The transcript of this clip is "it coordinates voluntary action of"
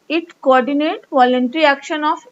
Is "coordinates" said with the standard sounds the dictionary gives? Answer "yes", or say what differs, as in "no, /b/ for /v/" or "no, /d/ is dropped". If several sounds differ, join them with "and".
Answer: no, /s/ is dropped